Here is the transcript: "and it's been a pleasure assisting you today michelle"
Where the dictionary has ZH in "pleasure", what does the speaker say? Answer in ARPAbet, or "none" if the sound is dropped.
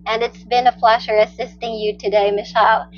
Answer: SH